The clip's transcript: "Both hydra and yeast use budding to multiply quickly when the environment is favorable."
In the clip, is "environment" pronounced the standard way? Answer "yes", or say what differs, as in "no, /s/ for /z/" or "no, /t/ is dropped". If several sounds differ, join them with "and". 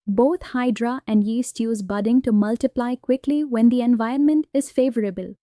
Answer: no, /ɹ/ is dropped